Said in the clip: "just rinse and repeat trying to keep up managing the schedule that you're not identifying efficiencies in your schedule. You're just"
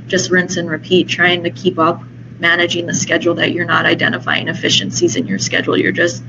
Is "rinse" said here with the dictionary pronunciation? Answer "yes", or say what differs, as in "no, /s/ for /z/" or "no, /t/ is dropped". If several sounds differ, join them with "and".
yes